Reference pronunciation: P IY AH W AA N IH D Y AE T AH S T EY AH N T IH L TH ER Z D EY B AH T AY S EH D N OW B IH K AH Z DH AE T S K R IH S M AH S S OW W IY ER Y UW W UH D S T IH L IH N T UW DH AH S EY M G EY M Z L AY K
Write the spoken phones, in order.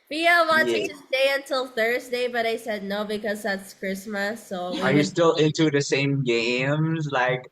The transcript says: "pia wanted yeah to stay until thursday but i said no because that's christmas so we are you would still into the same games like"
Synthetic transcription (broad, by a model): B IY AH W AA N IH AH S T EY AH N T IH L TH ER Z D EY B AH T AY S EH D N OW B IH K AH Z DH AE T S K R IH S M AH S S OW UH ER Y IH S T IH L IH N T UW DH AH S EY M G EY M Z L AY K